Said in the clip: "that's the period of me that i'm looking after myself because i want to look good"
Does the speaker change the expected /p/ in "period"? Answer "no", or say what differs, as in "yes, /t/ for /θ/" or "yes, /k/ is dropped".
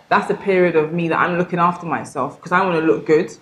no